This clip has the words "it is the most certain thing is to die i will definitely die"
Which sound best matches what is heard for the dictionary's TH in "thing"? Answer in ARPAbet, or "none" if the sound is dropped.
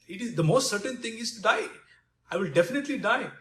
T